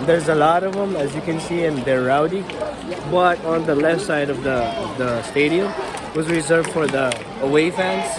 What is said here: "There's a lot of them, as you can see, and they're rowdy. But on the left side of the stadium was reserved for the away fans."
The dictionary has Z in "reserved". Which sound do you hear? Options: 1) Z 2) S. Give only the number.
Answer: 1